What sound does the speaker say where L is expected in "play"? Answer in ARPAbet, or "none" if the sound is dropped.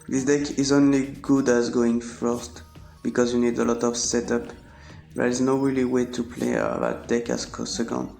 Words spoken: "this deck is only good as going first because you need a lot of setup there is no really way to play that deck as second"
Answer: L